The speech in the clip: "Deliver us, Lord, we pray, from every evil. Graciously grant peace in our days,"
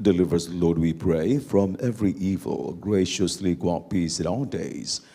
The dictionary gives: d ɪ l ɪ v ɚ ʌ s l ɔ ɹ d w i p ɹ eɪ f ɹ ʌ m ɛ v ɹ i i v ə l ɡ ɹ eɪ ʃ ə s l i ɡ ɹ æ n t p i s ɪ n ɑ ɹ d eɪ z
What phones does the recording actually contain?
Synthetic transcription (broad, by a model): d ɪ l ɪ v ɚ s l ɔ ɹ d w i p ɹ eɪ f ɹ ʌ m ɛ v ɹ i i v ə l ɡ ɹ eɪ ʃ ə s l i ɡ ɑ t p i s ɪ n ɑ l d eɪ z